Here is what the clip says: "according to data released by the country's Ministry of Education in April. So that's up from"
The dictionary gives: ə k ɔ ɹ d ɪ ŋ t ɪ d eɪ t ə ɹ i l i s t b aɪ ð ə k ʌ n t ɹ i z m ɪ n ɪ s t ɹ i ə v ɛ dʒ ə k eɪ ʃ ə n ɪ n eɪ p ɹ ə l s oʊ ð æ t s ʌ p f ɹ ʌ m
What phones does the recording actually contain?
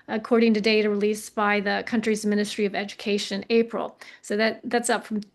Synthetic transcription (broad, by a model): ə k ɔ ɹ d ɪ ŋ t ɪ d eɪ t ə ɹ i l i s b aɪ ð ə k ʌ n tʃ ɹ i z m ɪ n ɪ s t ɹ i ə v ɛ dʒ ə k eɪ ə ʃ ɪ n eɪ p ɹ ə l s oʊ ð æ t s ʌ p f ɹ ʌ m